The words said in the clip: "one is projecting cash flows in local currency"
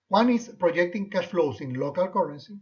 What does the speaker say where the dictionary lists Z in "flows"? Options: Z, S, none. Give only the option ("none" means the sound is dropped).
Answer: S